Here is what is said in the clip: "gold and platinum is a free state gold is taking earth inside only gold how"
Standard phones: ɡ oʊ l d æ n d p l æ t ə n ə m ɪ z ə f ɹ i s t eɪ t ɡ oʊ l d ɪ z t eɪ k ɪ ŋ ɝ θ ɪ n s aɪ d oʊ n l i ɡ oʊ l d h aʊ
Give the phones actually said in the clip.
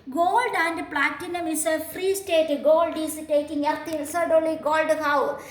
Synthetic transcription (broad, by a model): ɡ oʊ l d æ n d p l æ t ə n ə m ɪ s ə f ɹ i s t eɪ t ɡ oʊ l d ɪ s t eɪ k ɪ ŋ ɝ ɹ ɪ s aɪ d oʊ l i ɡ oʊ l d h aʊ